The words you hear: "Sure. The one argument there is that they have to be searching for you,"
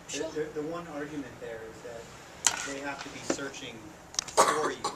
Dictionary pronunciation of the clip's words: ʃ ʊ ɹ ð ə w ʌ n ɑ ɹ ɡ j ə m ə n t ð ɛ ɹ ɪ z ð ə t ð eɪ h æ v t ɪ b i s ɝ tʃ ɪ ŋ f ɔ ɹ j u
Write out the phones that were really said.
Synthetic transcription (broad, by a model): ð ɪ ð ð ə w ʌ n ɑ ɹ ɡ j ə m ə n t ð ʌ ɹ ɪ z ð ə t ð eɪ h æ f t ɪ b i s ɝ tʃ ɪ ŋ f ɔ ɹ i